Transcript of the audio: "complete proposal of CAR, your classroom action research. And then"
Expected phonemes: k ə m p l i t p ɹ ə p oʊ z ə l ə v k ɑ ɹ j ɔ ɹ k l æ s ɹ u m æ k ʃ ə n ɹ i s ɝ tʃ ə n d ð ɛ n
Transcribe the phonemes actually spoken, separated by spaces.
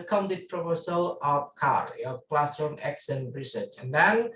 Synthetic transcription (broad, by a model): k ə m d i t p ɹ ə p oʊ s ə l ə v k ɑ ɹ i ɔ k l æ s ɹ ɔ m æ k s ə n ɹ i s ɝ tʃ ə n d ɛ n